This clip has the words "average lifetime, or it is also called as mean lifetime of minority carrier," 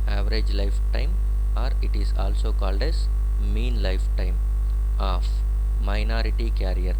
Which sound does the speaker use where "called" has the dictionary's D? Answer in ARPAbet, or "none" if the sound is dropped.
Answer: D